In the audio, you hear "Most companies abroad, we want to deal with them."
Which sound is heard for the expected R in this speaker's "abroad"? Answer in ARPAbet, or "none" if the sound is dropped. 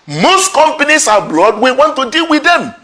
L